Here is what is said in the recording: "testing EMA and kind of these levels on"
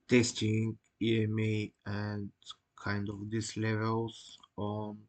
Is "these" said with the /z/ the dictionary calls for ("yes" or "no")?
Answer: no